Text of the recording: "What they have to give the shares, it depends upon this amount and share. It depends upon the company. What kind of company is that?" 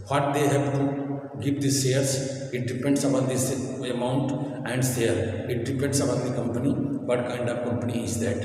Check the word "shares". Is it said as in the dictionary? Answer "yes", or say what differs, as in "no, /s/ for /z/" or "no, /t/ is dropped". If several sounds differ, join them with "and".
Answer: no, /s/ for /ʃ/